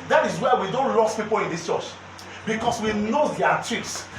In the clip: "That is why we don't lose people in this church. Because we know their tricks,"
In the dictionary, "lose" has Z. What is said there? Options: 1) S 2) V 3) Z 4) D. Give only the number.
1